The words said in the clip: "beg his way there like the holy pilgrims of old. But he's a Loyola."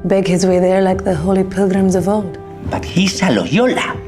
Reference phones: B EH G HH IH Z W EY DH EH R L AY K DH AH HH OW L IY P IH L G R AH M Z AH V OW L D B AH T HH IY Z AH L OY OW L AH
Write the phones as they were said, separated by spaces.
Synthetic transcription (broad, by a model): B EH G HH IH Z W EY DH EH R L AY K DH AH HH OW L IY P IH L G R AH M Z AH V OW L D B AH T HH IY S AH L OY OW L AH